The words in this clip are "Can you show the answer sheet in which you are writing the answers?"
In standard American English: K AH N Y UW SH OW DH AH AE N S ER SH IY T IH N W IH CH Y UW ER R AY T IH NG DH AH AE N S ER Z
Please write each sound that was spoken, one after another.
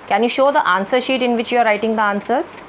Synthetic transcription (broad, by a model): K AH N Y UW SH OW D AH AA N S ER SH IY T IH N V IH CH Y UW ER R AY T IH NG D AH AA N S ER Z